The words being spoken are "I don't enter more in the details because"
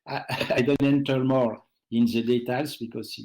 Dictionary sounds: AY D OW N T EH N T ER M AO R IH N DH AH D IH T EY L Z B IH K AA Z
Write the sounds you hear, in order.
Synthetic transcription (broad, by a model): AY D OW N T EH N T ER M AO R IH N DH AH D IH T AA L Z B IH K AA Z